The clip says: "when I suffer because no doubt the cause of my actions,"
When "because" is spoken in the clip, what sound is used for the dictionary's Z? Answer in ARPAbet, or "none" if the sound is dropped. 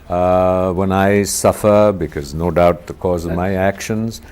Z